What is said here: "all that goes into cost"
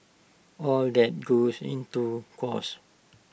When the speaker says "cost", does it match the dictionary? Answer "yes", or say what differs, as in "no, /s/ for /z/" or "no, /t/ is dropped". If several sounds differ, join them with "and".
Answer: no, /t/ is dropped